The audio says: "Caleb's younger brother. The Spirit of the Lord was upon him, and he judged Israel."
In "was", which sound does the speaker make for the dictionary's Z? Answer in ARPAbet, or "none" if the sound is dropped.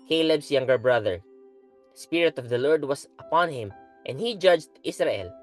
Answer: S